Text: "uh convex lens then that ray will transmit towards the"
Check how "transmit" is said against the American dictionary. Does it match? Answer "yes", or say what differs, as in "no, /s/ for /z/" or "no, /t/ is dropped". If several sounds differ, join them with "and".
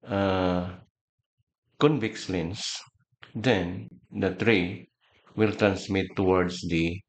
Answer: no, /s/ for /z/